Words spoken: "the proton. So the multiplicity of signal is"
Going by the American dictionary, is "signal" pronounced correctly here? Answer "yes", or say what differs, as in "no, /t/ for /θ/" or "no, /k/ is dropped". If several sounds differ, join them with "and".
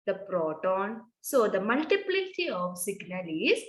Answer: yes